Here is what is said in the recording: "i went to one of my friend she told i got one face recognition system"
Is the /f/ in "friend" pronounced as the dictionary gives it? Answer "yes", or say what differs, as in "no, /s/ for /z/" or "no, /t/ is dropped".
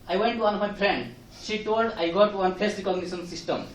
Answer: no, /p/ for /f/